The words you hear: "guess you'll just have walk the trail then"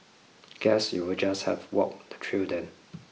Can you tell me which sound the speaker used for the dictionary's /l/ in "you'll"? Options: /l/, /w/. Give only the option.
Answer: /w/